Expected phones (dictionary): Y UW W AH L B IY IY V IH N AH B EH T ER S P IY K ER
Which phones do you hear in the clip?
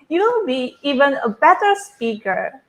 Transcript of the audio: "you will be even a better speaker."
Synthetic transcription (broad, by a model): Y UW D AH N B IY IY V IH N AH B EH T ER S P IY K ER